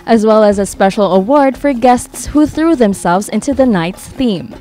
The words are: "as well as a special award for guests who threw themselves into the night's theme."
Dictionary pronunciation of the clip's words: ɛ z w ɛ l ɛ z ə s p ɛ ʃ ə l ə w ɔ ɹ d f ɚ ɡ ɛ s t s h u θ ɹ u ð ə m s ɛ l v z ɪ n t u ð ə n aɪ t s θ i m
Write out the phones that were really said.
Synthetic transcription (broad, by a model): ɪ z w ɛ l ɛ z ə s p ɛ ʃ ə l ə w ɔ ɹ d f ɚ ɡ ɛ s t s h u θ ɹ u ð ə m s ɛ l v z ɪ n t u ð ə n aɪ t s θ i m